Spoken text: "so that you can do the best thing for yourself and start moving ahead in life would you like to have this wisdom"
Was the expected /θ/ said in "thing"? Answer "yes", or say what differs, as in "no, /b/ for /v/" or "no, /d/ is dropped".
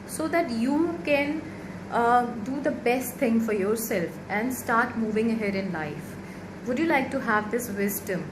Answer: no, /t/ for /θ/